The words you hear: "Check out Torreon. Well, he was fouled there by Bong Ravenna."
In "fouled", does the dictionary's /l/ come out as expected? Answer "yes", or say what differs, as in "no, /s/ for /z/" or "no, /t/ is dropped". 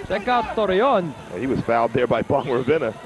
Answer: no, /l/ is dropped